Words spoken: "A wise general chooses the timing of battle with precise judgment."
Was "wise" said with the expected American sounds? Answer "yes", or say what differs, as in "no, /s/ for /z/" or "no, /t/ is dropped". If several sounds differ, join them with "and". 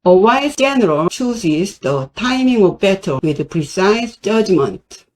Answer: no, /s/ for /z/